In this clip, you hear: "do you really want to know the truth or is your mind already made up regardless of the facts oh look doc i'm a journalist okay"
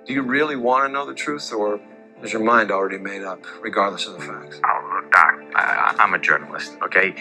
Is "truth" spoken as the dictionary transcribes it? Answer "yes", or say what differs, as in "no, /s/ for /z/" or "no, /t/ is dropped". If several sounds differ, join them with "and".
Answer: yes